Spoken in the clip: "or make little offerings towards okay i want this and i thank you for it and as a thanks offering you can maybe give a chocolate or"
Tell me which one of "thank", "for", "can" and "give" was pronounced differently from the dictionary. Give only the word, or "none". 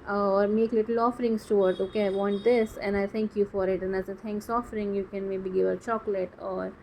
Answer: thank